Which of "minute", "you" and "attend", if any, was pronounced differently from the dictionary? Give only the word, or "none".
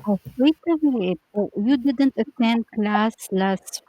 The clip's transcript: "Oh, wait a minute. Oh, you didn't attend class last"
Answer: minute